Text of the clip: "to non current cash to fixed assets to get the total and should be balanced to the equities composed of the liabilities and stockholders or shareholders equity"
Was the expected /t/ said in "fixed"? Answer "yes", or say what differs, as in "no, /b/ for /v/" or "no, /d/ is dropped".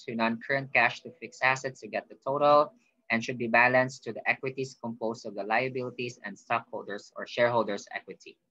no, /t/ is dropped